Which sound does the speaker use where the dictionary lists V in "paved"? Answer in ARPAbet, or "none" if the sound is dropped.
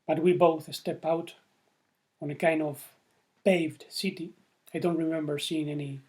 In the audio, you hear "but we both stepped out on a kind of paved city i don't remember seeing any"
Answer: V